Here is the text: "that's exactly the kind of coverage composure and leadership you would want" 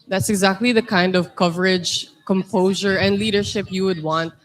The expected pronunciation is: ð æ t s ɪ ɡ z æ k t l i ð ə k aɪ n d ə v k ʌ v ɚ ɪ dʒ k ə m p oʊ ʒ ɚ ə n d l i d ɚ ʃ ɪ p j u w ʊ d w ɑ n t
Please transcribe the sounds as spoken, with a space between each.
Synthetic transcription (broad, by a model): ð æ t s ɪ ɡ z æ k t l i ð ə k aɪ n d ə v k ʌ v ɚ ɪ dʒ k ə m p oʊ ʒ ɚ ə n d l i d ɚ ʃ ɪ p j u w ʊ d w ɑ n t